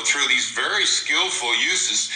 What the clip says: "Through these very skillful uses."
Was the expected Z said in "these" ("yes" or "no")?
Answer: yes